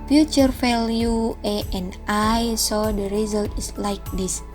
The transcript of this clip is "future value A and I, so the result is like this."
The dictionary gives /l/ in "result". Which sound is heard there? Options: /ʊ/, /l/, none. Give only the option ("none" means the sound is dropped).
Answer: /l/